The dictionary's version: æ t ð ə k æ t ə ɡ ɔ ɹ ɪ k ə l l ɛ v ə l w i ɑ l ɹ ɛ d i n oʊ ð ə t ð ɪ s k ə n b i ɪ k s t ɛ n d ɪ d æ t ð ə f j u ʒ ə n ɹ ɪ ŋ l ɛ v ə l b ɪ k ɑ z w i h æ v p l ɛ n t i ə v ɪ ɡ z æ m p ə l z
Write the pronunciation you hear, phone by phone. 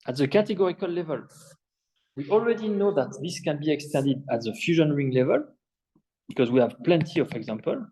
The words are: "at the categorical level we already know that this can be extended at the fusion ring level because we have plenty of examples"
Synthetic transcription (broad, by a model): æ t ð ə k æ t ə ɡ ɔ ɹ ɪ k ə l l ɛ v ə l w i ɑ l ɹ ɛ d i n oʊ ð ə t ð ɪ s k ə n b i ɪ k s t ɛ n d ɪ d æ t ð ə f j u ʒ ə n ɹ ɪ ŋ l ɛ v ə l b ɪ k ɑ z w i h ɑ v p l ɛ n t i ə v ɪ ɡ z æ m p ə l